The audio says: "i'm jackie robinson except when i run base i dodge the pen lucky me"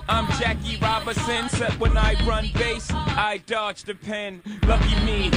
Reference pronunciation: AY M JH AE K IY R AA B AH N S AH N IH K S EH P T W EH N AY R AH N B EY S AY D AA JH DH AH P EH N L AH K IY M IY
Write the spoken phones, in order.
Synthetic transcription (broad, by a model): AY M JH AE K IY R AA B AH S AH N S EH T W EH N AY R AH N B EY S AY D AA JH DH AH P EH N L AH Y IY M IY